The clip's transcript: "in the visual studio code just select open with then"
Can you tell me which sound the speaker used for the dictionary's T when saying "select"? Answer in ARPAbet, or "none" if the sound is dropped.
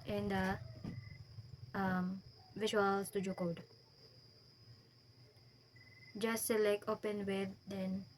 none